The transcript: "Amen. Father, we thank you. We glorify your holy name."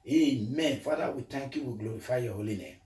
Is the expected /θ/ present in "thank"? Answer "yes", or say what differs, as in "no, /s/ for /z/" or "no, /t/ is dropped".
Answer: no, /t/ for /θ/